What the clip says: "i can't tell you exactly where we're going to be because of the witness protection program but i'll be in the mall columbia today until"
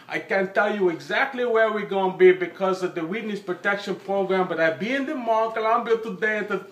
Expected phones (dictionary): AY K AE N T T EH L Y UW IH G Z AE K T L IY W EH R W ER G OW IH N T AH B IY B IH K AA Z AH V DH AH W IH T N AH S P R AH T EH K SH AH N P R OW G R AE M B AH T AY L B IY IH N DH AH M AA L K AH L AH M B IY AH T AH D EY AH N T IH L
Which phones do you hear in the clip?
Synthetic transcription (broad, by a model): AY K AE N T T EH L Y UW IH G Z AE K T L IY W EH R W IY G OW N B IY B IH K AA Z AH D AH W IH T N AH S P R AH T EH K SH AH N P R OW G R AE M B AH T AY B IY IH N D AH M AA K AH L AH M B IY AH T AH D EY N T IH